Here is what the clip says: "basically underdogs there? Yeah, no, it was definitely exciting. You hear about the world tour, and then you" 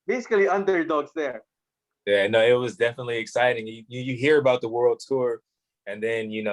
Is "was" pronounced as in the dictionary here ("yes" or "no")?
yes